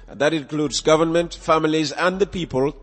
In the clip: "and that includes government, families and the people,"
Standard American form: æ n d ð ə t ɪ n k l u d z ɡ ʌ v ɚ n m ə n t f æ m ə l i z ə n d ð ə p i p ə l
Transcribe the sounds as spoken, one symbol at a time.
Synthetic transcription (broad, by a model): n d ð ə t ɪ n k l u d z ɡ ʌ v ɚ n m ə n t f æ m ə l i z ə n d ð ə p i p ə l